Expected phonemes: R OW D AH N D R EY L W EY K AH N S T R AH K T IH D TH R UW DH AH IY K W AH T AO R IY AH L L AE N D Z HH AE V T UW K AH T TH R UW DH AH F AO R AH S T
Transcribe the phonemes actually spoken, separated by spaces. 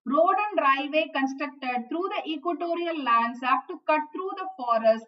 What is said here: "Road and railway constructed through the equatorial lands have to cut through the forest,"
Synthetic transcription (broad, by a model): R OW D AH N D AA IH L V EY K AH N S T R AH K T IH D T R UW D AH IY K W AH T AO R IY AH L L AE N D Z HH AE P T UW K AH T T R UW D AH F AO R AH S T